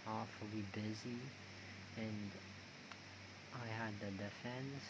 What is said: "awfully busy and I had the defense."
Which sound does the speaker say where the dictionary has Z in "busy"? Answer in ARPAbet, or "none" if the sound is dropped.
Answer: Z